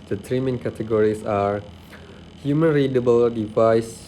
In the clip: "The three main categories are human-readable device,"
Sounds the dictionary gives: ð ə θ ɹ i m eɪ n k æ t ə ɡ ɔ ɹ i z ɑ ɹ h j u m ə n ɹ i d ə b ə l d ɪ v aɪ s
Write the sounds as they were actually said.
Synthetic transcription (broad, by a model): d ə t ɹ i m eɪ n k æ t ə ɡ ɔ ɹ i s ɑ ɹ h j u m ə n ɹ i d ə b ə l d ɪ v aɪ s